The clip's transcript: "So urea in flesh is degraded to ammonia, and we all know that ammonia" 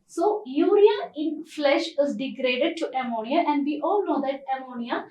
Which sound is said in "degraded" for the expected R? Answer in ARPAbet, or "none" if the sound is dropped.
R